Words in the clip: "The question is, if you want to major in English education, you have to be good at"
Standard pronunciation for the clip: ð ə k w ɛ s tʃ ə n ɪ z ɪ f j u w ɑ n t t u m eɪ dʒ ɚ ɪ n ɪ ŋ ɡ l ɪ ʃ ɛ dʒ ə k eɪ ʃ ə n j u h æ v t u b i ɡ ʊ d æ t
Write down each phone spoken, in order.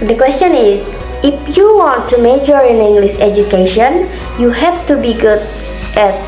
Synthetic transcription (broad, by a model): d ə k w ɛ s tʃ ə n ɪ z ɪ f j u w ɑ n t t u m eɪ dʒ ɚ ɪ n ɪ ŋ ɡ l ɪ s ɛ dʒ ə k eɪ ʃ ə n j u h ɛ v t u b i ɡ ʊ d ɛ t